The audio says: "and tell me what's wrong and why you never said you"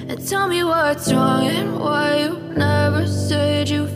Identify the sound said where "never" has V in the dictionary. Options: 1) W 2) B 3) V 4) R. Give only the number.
3